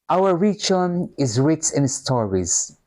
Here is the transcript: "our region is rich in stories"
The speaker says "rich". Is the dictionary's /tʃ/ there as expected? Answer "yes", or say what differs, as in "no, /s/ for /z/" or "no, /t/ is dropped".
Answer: no, /s/ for /tʃ/